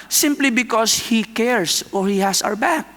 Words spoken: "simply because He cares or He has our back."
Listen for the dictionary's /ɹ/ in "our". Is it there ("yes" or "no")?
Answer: no